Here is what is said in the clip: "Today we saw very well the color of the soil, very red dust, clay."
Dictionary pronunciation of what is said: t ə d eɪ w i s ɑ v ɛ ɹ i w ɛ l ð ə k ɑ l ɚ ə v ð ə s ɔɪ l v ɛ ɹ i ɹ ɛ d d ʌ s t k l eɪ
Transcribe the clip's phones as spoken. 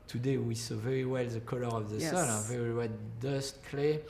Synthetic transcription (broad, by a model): t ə d eɪ w i s ɑ v ɛ ɹ i w ɛ l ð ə k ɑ l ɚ ə v ð ə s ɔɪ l v ɛ ɹ i w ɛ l d ʌ s t k l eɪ